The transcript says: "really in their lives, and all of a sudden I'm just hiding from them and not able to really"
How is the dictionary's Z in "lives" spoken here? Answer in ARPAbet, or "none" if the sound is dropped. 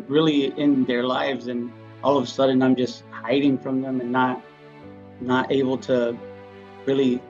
Z